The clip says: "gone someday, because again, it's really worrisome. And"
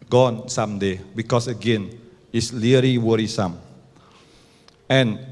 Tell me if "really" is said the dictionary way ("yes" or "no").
no